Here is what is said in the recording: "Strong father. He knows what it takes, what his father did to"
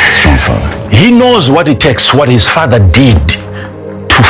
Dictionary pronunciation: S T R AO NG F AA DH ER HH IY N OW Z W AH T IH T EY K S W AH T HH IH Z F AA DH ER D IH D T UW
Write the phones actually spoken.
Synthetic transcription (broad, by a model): S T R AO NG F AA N HH IY N OW Z W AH T IH T EY K S W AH T HH IH Z F AA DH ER D IH D T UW